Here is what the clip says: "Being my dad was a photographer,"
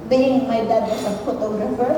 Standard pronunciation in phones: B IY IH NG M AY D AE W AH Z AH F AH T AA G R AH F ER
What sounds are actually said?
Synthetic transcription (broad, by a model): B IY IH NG M AY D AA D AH S AH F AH T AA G R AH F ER